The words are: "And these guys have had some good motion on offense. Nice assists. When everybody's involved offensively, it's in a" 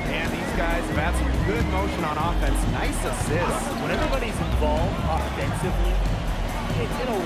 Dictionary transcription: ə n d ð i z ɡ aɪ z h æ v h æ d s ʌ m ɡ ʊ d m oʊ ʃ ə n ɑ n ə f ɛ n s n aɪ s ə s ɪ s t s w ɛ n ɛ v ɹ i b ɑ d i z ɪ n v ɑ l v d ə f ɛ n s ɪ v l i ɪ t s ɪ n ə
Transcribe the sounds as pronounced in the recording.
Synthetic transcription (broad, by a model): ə n ð i z ɡ aɪ z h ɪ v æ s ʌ ɡ ʊ d m oʊ ʃ ə n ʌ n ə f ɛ n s n aɪ s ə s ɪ t w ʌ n ɛ v ɹ i b ɑ d i z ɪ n v ɑ l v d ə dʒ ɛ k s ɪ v l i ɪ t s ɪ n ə